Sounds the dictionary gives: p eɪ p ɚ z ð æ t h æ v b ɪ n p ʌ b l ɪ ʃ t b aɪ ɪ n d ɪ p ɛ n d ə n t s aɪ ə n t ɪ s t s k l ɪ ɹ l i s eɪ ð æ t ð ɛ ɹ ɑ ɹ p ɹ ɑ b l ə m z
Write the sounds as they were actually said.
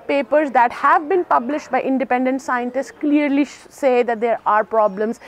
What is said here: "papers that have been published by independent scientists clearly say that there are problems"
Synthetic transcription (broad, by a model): p eɪ p ɚ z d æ t h æ v b ɪ n p ʌ b l ɪ ʃ t b aɪ ɪ n d ɪ p ɛ n d ə n t s aɪ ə n t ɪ s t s k l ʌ ɹ l i s eɪ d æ t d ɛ ɹ ɑ ɹ p ɹ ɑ b l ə m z